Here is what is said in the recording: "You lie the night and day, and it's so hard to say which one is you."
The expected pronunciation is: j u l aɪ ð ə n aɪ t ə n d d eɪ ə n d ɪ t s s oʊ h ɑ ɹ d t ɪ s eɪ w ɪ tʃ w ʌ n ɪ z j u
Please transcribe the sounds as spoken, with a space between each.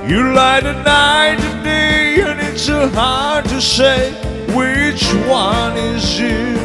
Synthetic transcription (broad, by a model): j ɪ l aɪ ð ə n aɪ t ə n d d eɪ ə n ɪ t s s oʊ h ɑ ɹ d t ɪ s eɪ w ɪ tʃ w ʌ n ɪ z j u